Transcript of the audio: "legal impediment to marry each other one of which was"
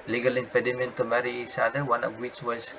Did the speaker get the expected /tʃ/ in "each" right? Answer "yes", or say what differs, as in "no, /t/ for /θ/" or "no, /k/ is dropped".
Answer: no, /s/ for /tʃ/